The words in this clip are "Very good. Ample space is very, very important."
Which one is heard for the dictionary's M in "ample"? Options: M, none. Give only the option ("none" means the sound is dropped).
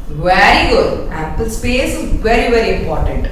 none